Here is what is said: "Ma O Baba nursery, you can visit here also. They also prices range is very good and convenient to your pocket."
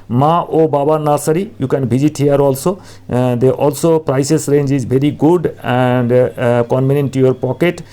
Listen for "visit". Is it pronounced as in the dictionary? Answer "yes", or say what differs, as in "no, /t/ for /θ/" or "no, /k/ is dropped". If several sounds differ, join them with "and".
no, /b/ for /v/